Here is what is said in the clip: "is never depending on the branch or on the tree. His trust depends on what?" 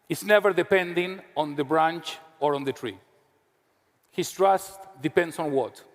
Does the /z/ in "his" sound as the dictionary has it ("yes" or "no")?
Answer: no